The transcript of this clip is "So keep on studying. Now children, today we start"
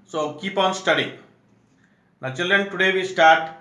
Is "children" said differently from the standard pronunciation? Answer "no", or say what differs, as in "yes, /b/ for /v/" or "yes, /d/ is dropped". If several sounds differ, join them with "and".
yes, /l/ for /ɹ/